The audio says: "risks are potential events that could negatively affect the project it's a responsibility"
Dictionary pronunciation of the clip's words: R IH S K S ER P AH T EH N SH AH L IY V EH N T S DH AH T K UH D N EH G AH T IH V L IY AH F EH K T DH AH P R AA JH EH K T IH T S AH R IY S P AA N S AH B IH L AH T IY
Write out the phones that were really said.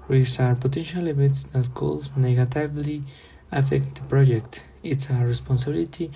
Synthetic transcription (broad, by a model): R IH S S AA P AH T EH N SH AH L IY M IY T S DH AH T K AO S N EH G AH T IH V L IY AH F EH K T P R AA JH EH K T IH T S AH R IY S P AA N S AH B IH L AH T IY